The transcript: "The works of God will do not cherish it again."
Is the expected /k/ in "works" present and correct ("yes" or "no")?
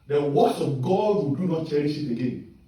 no